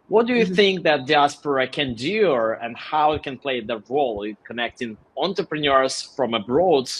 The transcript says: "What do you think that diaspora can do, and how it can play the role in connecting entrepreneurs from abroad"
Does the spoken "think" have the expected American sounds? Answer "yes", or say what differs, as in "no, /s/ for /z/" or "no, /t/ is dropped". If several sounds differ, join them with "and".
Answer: yes